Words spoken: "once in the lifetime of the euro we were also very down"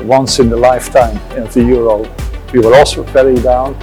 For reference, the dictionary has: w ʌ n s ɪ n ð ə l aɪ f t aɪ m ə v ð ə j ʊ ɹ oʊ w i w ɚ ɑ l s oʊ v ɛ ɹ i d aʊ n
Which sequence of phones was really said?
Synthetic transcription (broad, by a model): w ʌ n s ɪ n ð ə l aɪ f t aɪ m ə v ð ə j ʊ ɹ oʊ w i w ɚ ɑ l s oʊ p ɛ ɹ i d aʊ n